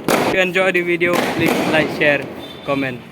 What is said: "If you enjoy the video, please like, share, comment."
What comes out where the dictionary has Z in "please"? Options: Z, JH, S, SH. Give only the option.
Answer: S